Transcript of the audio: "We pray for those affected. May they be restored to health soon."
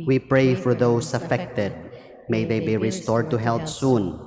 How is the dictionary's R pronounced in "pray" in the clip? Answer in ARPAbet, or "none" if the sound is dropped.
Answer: R